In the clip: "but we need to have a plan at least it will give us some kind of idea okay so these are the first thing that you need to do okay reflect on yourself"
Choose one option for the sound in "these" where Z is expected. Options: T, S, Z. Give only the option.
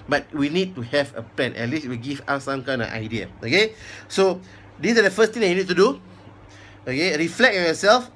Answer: S